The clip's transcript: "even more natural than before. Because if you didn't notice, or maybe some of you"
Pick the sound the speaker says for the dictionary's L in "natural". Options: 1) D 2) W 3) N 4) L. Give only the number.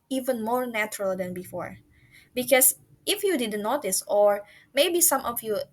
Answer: 4